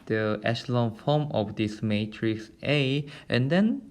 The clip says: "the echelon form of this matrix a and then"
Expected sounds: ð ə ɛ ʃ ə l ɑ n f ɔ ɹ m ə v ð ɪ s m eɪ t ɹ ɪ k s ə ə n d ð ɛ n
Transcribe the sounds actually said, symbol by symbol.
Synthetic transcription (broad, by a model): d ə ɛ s l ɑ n f ɔ m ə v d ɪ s m eɪ t ɹ ɪ k s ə ə n d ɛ n